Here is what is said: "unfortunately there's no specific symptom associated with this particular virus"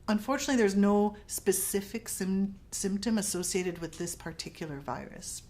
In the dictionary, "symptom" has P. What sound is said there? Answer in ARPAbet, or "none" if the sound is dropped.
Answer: P